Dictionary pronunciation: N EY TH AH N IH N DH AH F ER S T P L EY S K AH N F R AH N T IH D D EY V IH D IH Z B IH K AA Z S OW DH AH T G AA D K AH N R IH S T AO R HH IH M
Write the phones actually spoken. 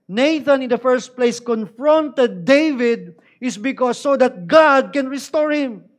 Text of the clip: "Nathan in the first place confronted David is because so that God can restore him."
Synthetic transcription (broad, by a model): N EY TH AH N IH N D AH F ER S T P L EY S K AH N F R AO N T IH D D EY V IH D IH S B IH K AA S OW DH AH T G AA D K AH N R IH S T AO R HH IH M